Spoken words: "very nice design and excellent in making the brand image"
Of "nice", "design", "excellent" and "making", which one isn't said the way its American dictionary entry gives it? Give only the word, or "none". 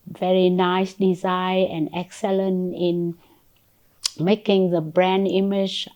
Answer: design